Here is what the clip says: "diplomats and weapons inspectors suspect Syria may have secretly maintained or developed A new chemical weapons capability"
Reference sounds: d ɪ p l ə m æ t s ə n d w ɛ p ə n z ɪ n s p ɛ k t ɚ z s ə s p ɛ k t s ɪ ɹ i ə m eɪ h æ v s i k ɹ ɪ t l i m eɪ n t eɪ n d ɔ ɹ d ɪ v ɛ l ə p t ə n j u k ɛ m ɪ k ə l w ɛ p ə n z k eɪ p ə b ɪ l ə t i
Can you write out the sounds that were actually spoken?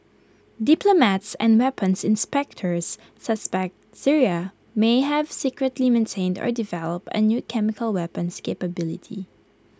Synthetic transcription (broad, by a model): d ɪ p l ə m æ t s ə n d w ɛ p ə n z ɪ n s p ɛ k t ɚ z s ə s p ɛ k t s ɪ ɹ i ə m eɪ h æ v s i k ɹ ɪ t l i m eɪ n t eɪ n d ɔ ɹ d ɪ v ɛ l ə p t ə n j u k ɛ m ɪ k ə l w ɛ p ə n s k eɪ p ə b ɪ l ə t i